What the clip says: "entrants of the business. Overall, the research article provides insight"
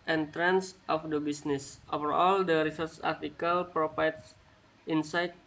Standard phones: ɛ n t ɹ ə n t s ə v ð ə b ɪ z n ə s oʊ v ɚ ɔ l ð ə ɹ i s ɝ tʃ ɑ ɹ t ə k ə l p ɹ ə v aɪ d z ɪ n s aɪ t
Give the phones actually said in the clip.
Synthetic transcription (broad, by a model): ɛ n t ɹ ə n s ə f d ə b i s n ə s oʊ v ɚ ɔ l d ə ɹ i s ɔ s ɑ ɹ t ə k ə l p ɹ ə f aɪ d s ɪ n s aɪ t